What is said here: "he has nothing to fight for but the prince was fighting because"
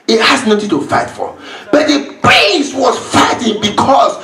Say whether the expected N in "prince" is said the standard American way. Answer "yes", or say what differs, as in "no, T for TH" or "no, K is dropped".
no, N is dropped